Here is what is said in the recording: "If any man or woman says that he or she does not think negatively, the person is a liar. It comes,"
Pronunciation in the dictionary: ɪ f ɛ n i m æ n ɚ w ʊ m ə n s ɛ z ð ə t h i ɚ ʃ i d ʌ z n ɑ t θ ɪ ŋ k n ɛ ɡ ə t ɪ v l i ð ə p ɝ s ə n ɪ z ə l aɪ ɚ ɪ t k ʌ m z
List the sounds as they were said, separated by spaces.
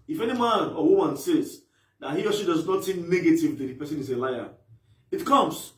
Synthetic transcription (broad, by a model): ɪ f ɛ n i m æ n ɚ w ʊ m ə n s ɛ z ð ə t h i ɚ s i d ʌ z n ɑ t s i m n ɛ ɡ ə t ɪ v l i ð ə p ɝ s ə n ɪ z ə l aɪ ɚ ɪ t k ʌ m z